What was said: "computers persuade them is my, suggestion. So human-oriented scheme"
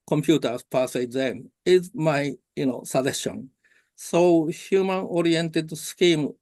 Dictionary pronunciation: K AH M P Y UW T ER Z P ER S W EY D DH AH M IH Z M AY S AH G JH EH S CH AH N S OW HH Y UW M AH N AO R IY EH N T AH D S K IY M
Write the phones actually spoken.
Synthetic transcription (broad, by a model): K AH M P Y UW T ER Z P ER S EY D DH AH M IH Z M AY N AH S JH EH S AH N S OW HH Y UW M AH N AO R IY EH N T AH D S K IY M